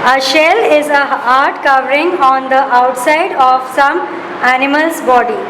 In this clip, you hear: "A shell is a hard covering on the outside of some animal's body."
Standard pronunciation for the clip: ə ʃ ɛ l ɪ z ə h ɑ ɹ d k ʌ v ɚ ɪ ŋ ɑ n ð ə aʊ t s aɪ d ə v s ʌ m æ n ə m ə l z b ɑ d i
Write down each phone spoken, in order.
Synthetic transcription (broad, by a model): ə ʃ ɛ l ɪ z ə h ɑ ɹ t k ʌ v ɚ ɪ ŋ ɑ n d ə aʊ t s aɪ d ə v s ʌ m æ n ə m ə l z b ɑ d i